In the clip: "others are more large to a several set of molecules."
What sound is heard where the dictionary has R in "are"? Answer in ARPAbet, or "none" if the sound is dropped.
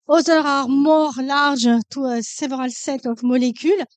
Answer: R